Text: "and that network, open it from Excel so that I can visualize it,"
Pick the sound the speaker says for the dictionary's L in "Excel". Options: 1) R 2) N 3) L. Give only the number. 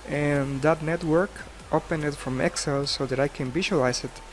3